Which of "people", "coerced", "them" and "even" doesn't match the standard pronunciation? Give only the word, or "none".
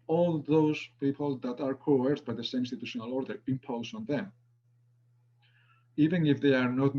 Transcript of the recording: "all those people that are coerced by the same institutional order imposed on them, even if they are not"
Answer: coerced